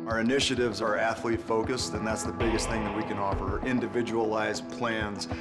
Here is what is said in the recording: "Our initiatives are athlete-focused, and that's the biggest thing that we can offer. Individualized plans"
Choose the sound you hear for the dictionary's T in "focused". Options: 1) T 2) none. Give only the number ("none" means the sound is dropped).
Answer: 1